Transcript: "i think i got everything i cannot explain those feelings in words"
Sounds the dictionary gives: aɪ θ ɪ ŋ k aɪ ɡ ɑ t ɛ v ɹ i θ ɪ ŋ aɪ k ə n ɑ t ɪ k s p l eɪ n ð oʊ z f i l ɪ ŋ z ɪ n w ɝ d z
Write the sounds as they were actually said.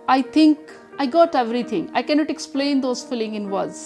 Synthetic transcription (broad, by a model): aɪ t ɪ ŋ k aɪ ɡ ɑ t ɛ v ɹ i t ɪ ŋ aɪ k ə n ɑ t ɪ k s p l eɪ n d oʊ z f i l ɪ ŋ ɪ n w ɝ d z